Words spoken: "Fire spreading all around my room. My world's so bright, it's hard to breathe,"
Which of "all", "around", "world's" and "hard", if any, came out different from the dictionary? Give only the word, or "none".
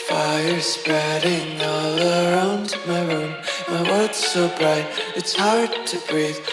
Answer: world's